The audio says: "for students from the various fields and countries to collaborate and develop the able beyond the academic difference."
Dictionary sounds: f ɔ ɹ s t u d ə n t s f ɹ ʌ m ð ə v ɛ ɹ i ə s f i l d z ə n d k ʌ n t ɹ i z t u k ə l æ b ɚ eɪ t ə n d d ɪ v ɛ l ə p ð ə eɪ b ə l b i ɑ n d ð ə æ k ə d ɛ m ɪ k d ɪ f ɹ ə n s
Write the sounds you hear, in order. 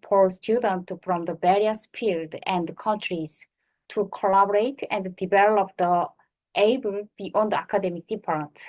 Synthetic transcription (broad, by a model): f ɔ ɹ s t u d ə n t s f ɹ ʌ m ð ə b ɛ ɹ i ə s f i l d ə n d k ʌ n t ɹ i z t u k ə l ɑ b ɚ eɪ t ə n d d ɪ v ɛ l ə p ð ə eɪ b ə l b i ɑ n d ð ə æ k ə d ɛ m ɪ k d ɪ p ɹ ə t